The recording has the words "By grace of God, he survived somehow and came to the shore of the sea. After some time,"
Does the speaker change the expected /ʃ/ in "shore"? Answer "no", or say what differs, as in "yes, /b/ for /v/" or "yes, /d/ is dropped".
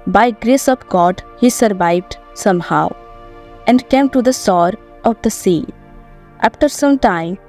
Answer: yes, /s/ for /ʃ/